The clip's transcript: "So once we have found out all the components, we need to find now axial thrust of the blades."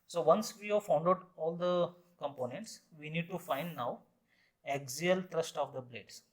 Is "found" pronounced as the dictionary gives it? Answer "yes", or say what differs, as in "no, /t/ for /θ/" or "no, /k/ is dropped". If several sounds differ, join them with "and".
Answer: yes